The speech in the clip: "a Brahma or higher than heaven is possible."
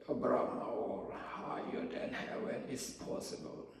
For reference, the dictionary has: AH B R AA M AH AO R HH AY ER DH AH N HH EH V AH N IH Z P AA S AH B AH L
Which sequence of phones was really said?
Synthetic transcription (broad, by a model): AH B R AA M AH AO L HH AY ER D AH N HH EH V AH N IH S P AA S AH B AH L